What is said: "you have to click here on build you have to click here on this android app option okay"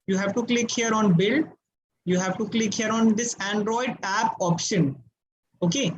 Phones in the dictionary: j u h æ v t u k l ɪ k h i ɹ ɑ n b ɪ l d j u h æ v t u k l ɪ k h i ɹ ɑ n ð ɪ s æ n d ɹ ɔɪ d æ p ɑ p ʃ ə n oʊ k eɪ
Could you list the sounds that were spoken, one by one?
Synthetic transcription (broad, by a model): j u h æ v t u k l ɪ k h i ɹ ɑ n b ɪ l j u h æ v t u k l ɪ k h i ɹ ɑ n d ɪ s æ n d ɹ ɔɪ d æ p ɑ p ʃ ə n oʊ k eɪ